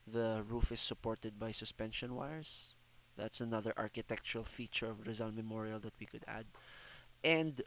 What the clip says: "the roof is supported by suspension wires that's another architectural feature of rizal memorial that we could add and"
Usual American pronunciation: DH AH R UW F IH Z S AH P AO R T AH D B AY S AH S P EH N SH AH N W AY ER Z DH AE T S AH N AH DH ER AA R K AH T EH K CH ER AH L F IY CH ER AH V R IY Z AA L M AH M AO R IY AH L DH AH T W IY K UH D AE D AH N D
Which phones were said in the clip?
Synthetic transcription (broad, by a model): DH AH R UW F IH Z S AH P AO R T AH D B AY S AH S P EH N SH AH N W AY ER S DH AE T S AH N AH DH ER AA R K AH T EH K CH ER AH L F IY CH ER AH V R IY Z AA L M AH M AO R IY AH L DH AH T W IY K UH D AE D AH N D